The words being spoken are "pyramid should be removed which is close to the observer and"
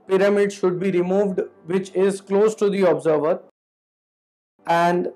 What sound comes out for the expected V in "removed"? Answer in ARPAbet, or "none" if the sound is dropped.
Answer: V